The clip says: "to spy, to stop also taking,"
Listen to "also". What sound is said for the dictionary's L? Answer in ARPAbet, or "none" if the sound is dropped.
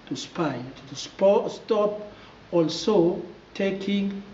L